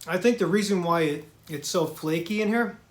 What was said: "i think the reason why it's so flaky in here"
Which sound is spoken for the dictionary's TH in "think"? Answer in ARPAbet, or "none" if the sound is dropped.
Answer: TH